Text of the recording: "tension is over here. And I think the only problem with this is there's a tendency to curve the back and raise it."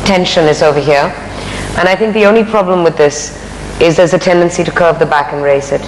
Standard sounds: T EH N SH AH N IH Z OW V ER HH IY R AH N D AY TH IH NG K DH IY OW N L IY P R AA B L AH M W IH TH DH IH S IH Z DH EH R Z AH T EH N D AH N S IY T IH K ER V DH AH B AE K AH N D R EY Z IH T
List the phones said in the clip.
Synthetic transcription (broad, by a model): T EH N SH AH N IH Z OW V ER HH IY R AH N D AY TH IH NG K DH IY OW N L IY P R AA B L AH M W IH DH IH S IH Z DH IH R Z AH T EH N D AH N S IY T IH K ER V DH AH B AE K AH N R EY S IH T